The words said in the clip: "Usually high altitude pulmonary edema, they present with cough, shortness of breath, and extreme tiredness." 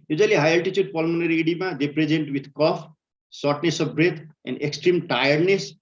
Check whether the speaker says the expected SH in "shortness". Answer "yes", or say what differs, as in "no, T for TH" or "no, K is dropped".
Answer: no, S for SH